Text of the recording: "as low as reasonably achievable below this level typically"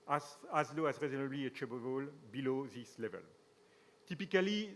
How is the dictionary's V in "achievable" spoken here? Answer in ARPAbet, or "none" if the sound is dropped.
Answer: B